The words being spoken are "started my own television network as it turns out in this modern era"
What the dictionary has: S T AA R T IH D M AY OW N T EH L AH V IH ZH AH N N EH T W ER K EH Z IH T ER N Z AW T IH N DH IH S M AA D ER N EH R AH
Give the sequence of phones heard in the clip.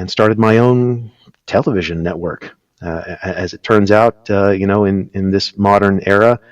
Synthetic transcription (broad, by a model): S T AA R T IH D M AY OW N T EH L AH V IH ZH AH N N EH T W ER K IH Z IH T ER N Z AW T IH N DH IH S M AA D ER N EH R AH